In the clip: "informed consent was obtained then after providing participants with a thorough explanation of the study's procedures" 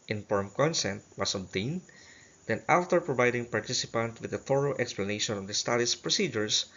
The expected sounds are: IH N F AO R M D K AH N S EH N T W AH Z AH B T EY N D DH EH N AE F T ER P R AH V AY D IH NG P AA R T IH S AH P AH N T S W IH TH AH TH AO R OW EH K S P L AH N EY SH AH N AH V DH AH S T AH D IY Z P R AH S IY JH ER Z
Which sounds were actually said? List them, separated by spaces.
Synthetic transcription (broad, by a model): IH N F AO R M K AH N S EH N T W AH S AH B T EY N D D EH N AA F T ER P R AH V AY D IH NG P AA R T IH S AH P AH N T W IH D AH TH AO R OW EH K S P L AH N EY SH AH N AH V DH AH S T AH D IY S P R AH S IY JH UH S